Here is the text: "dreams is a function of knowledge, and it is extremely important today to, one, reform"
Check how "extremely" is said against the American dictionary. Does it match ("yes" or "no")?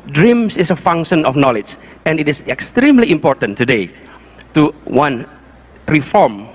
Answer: yes